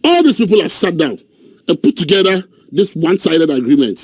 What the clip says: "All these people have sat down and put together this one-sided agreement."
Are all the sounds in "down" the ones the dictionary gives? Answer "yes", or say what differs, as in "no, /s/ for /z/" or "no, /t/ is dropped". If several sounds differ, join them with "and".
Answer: yes